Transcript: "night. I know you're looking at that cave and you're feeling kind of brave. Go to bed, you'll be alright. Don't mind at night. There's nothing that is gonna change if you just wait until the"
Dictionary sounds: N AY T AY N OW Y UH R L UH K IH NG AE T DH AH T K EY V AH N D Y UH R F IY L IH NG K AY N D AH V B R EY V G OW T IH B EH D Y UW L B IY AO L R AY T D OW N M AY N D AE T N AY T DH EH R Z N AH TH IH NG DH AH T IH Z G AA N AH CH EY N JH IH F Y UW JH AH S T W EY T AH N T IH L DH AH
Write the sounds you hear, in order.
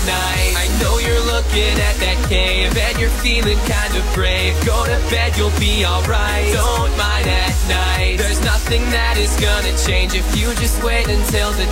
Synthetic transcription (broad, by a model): N AY T AY N OW Y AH R L UH K IH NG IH T DH AH T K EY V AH N Y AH R F IY L IH NG K AY N D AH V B R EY G OW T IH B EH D Y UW L B IY AO L R AY T D OW N M AY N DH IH T N AY T DH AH R Z N AH TH IH NG DH AH T IH Z G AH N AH CH EY N JH IH F Y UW JH AH S T W EY T AH N T IH L DH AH